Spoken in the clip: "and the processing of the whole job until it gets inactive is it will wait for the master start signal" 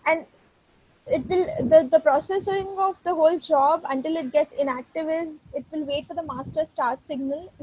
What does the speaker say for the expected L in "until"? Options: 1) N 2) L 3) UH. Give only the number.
2